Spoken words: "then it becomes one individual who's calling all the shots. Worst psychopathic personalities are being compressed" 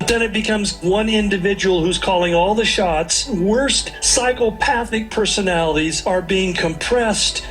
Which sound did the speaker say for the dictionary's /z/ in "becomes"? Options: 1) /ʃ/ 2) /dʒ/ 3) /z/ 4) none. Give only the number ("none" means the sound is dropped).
3